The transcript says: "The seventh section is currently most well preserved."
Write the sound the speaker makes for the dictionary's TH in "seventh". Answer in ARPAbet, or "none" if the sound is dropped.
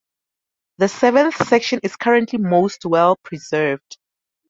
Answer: TH